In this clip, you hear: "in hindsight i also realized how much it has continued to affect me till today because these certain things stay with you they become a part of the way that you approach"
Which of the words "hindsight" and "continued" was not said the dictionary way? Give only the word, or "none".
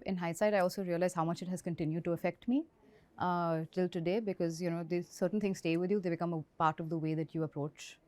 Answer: hindsight